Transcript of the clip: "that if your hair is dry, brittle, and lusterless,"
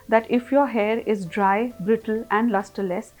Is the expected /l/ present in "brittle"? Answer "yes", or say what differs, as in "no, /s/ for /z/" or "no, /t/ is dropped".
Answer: yes